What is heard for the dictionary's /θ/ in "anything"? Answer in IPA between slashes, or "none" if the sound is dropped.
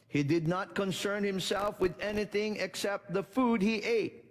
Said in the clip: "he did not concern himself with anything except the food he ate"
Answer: /θ/